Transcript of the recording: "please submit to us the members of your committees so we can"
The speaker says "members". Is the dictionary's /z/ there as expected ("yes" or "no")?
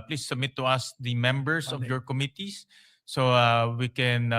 no